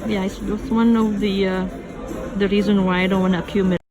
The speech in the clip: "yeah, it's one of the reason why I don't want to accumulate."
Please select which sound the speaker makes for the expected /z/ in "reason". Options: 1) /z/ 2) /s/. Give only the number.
1